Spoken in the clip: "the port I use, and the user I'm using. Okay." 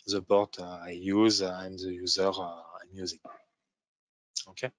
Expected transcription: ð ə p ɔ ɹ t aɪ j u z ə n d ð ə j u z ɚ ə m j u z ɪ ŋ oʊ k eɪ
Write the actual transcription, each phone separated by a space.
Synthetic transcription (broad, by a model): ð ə b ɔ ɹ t aɪ j u z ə n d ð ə j u z ɚ ə m j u z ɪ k oʊ k eɪ